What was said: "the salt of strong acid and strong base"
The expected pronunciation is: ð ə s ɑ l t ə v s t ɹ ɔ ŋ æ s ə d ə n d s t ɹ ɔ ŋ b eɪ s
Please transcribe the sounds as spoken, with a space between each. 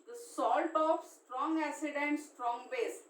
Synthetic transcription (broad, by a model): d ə s ɑ l t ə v s t ɹ ɔ ŋ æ s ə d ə n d s t ɹ ɔ ŋ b eɪ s